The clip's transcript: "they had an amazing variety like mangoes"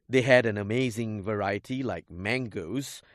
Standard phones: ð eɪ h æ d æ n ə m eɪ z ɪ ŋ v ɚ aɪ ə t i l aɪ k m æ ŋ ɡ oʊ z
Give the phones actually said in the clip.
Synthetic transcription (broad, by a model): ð eɪ h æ d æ n ə m eɪ z ɪ ŋ v ɚ aɪ ə t i l aɪ k m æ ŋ ɡ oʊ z